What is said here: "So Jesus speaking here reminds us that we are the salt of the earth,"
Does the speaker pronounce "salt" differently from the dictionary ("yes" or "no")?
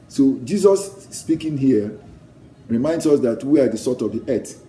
yes